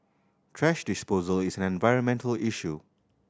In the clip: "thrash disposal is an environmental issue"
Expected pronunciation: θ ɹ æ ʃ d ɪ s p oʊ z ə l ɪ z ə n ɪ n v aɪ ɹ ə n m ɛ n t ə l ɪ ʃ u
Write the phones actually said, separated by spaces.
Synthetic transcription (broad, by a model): t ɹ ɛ ʃ d ɪ s p oʊ z ə l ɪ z ə n ɪ n v aɪ ɹ ə n m ɛ n t ə l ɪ ʃ u